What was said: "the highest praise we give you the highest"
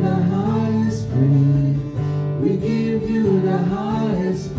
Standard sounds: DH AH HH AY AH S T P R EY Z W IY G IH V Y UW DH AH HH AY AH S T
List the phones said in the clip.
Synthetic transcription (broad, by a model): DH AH HH AY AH S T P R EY W IY G IH V Y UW DH AH HH AY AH S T